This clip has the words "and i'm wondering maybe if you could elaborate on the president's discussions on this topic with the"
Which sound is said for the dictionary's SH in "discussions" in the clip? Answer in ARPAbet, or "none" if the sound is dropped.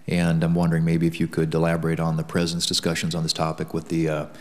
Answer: SH